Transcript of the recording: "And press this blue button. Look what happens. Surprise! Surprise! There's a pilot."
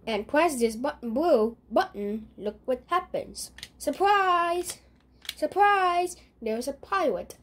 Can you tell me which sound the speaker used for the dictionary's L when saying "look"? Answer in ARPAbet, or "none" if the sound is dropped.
L